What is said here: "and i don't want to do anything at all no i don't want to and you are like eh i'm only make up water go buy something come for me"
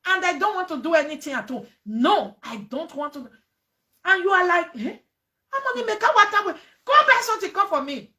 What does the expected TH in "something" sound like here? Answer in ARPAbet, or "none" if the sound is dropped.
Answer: T